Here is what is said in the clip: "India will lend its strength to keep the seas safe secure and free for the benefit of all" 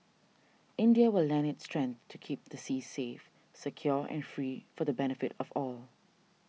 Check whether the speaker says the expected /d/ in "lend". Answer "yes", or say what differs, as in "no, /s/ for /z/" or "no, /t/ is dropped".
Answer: no, /d/ is dropped